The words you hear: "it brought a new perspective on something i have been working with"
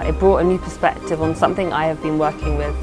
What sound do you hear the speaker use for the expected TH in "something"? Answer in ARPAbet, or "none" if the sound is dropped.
TH